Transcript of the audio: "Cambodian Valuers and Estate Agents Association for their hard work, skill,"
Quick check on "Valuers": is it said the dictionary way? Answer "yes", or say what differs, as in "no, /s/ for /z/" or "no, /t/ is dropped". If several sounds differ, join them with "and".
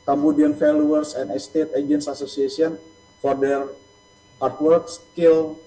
no, /f/ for /v/ and /s/ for /z/